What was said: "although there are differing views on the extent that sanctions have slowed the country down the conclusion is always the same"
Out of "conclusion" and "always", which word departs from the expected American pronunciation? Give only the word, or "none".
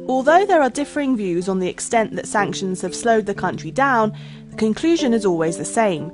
none